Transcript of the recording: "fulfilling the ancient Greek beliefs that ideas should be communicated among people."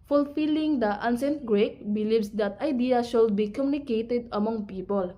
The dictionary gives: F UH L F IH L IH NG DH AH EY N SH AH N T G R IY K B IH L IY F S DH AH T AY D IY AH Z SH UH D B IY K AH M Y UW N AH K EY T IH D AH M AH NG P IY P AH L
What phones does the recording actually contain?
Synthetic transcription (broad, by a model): F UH L F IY L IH NG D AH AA N S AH N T G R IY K B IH L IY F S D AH T AY D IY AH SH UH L B IY K AH M Y UW N AH K EY T IH D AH M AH NG P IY P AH L